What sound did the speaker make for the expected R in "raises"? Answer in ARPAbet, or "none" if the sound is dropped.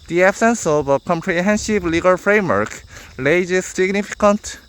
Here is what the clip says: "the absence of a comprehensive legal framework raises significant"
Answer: L